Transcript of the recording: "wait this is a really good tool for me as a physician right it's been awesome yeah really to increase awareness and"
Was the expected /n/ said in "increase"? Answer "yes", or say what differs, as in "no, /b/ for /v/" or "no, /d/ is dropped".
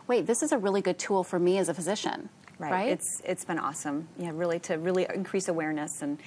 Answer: yes